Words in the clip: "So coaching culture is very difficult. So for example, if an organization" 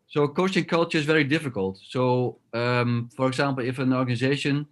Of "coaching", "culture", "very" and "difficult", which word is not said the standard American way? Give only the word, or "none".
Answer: coaching